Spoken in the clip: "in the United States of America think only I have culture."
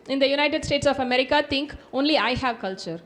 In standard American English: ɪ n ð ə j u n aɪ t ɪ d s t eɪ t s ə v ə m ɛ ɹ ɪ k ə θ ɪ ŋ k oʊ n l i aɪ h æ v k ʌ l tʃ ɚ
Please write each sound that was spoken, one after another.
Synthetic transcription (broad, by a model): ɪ n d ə j u n aɪ t ɪ d s t eɪ t s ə f ə m ɛ ɹ ɪ k ə t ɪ ŋ k oʊ n l i aɪ h æ v k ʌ l tʃ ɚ